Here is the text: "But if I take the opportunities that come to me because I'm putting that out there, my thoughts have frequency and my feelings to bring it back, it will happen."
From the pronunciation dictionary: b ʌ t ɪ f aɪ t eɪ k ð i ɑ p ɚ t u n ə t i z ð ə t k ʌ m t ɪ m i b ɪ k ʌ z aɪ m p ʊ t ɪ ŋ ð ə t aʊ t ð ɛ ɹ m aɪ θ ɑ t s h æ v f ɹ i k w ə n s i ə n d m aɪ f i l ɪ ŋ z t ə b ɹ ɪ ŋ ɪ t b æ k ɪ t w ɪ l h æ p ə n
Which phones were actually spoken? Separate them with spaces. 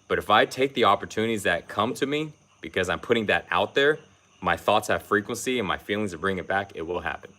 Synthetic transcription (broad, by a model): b ʌ t ɪ f aɪ t eɪ k ð i ɑ p ɚ t u n ə t i z ð ə t k ʌ m t ɪ m i b ɪ k ʌ z aɪ m p ʊ t ɪ ŋ ð ə t aʊ t ð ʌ ɹ m aɪ θ ɑ t s h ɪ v f ɹ i k w ə n s i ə n m aɪ f i l ɪ ŋ z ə b ɹ ɪ ŋ ɪ t b æ k ɪ t w ɪ l h æ p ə n